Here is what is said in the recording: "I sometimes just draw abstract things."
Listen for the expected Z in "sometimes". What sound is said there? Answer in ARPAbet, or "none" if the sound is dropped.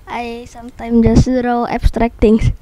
none